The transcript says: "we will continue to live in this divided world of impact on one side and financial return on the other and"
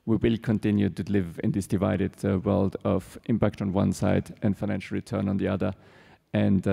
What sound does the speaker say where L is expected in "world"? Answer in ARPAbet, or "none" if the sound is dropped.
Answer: L